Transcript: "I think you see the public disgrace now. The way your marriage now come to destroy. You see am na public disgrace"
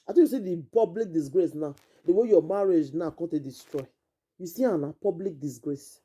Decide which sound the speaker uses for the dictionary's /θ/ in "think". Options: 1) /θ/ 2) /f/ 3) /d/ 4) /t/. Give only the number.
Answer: 4